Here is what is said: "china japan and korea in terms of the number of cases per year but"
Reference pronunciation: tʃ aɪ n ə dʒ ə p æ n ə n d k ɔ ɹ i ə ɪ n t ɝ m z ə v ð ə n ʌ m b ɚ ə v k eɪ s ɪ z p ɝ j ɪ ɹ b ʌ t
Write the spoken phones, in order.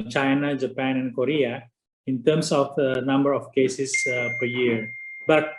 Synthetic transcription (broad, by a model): tʃ aɪ n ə dʒ ə p æ n ə n d k ɔ ɹ i ə ɪ n t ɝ m s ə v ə n ʌ m b ɚ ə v k eɪ s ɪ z p ɝ j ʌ ɹ b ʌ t